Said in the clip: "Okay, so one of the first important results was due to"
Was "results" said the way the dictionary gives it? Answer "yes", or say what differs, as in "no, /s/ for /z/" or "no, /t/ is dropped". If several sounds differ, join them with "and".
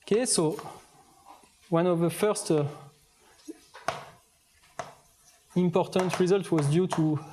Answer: no, /s/ is dropped